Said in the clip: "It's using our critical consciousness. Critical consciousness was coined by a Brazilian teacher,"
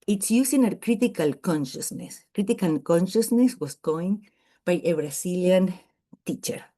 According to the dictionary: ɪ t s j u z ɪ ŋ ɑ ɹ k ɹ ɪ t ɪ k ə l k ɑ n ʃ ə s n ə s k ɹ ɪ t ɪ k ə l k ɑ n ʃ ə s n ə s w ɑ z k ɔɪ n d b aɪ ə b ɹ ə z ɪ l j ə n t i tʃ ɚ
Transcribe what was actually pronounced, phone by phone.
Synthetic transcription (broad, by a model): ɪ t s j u s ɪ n ɑ ɹ k ɹ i t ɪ k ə l k ɑ n ʃ ə s n ə s k ɹ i t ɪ k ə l k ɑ n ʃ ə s n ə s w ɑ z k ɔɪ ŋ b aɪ ə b ɹ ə s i l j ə n t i tʃ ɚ